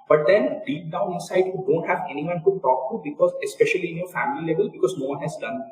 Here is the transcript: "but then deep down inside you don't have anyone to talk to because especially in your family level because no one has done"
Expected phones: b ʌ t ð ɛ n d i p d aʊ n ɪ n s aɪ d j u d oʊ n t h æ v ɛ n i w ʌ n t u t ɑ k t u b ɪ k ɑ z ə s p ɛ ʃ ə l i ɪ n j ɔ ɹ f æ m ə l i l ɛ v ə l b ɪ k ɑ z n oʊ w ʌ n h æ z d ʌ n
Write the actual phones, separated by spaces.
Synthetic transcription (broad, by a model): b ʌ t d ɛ n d i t d aʊ n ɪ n s aɪ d j u d oʊ n t h æ v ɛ n i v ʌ n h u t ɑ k t u b ɪ k ɑ z ə s p ɛ ʃ ə l i ɪ n j ɔ ɹ f æ m ə l i l ɛ v ə l b ɪ k ɑ z n oʊ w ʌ n h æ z d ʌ n